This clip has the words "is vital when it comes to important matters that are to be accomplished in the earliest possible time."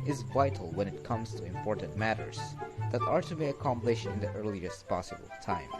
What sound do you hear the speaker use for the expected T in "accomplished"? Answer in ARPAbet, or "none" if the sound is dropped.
none